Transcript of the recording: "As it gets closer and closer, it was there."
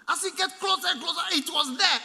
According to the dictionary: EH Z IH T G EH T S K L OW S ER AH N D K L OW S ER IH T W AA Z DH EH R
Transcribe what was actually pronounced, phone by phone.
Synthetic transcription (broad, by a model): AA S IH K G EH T K L OW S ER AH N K L OW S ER IH T W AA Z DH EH